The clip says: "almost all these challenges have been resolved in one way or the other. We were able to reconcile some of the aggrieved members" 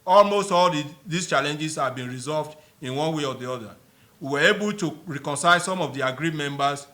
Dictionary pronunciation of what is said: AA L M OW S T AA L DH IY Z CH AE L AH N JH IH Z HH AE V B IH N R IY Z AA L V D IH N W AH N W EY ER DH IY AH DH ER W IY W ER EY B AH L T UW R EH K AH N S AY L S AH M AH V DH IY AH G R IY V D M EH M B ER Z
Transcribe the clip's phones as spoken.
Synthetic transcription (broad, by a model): AA L M OW S T AA L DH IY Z CH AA L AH N JH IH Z HH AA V B IH N R IY Z AA L V D IH N W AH N W EY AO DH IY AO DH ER W IY W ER EY B AH L T UW R EH K AH N S AY L S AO M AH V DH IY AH G R IY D M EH M B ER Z